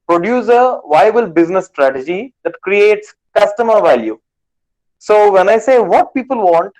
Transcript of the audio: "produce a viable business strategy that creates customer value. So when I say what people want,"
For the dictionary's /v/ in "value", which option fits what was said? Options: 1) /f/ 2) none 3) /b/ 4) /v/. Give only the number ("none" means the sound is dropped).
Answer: 4